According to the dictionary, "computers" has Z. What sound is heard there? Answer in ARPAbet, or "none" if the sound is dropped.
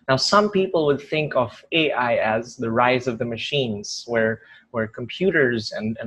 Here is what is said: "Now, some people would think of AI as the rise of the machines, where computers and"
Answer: Z